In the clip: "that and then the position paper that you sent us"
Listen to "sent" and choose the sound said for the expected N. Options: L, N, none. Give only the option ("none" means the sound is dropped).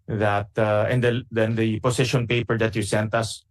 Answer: N